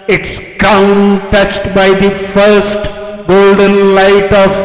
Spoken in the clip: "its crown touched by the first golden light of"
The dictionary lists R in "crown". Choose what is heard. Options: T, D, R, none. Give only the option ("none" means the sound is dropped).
none